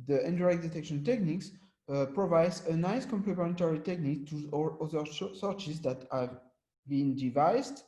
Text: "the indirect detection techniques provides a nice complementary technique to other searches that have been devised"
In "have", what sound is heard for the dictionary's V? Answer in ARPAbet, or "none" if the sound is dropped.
V